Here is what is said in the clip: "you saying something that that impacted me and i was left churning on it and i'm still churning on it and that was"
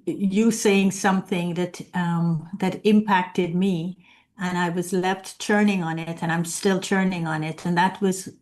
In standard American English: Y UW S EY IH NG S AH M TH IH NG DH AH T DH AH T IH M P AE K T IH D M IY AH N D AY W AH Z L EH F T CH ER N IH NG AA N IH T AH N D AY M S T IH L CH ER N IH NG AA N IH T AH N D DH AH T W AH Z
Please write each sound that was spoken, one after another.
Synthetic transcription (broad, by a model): Y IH S EY IH NG S AH M TH IH NG DH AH T DH AH T IH M P AE K T IH D M IY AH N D AY W AH Z L EH F T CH ER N IH NG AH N IH T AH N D AY M S T IH L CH ER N IH NG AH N IH T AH N DH AH T W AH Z